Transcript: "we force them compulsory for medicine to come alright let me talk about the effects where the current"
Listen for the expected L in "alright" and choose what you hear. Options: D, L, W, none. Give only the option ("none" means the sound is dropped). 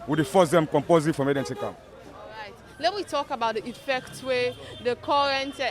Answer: none